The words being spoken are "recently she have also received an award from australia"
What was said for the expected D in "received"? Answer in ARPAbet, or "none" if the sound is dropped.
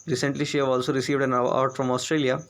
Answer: D